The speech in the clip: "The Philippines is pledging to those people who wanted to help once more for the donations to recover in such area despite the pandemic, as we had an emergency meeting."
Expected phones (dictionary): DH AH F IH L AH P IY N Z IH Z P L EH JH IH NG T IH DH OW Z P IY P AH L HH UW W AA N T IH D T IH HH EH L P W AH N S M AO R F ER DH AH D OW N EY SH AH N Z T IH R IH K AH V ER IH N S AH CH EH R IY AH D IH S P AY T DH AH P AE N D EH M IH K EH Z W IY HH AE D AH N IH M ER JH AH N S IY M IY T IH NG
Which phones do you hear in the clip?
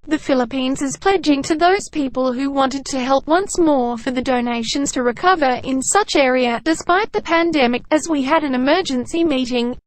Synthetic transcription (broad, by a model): DH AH F IH L AH P IY N Z IH Z P L EH JH IH NG T IH DH OW Z P IY P AH L HH UW W AA N T IH D T IH HH EH L P W AH N S M AO R F ER DH AH D OW N EY SH AH N Z T IH R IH K AH V ER IH N S AH CH EH R IY AH D IH S P AY T DH AH P AE N D EH M IH K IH Z W IY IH D AH N IH M ER JH AH N S IY M IY T IH NG